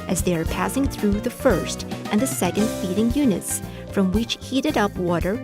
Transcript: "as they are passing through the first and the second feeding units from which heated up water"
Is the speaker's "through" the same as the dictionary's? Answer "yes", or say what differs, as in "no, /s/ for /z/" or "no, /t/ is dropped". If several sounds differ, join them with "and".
yes